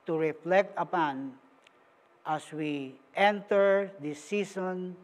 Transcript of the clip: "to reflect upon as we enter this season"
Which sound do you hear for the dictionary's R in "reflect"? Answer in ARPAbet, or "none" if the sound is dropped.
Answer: R